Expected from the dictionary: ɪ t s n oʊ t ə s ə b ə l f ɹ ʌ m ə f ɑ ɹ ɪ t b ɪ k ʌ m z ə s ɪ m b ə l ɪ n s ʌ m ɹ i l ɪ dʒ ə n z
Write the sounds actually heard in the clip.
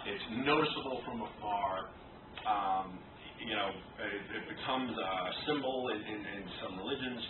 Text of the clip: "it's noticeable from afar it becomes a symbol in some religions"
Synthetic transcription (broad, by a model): ɪ t s n oʊ t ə s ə b l f ɹ ʌ m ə f ɑ ɹ ɪ t b ɪ k ʌ m z ə s ɪ m b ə n ɪ n s ʌ m ɹ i l ɪ dʒ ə n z